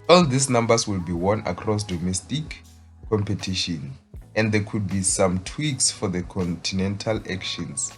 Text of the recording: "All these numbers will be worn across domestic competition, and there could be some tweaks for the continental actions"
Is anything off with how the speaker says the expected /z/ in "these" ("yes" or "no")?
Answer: yes